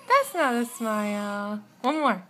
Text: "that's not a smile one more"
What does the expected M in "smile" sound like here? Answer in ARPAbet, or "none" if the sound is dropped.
M